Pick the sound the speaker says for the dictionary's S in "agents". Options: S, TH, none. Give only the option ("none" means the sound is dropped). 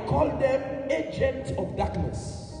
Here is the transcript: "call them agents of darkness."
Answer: none